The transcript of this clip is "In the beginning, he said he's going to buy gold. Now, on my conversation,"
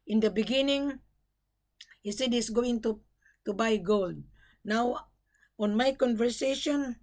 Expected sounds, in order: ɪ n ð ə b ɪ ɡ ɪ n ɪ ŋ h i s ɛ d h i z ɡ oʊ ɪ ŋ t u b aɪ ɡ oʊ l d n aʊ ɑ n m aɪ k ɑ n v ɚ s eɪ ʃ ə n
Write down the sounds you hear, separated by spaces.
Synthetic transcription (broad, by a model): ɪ n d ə b ɪ ɡ ɪ n ɪ ŋ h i s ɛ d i s ɡ oʊ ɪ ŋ t u b aɪ ɡ oʊ l d n aʊ ɑ n m aɪ k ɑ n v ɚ s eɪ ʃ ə n